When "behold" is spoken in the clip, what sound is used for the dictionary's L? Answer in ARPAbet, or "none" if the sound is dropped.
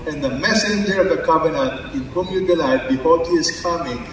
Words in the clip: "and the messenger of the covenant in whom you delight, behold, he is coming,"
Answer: none